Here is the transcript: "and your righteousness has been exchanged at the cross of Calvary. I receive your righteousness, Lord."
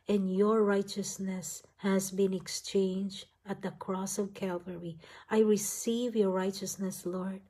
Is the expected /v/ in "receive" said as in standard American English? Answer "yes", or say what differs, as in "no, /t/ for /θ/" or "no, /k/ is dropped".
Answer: yes